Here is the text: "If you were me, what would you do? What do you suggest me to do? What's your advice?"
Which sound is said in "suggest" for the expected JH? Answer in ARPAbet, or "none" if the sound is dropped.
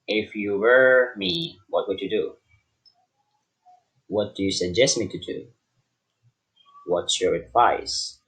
JH